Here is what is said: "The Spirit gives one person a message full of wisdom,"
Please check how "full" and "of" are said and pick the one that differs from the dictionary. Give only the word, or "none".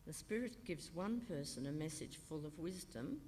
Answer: none